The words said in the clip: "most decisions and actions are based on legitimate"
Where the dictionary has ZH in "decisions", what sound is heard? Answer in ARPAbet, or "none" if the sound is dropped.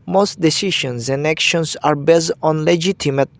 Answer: SH